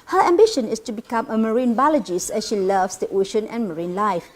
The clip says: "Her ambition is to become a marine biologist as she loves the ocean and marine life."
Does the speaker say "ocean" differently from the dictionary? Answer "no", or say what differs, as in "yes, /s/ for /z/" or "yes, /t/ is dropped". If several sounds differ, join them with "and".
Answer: no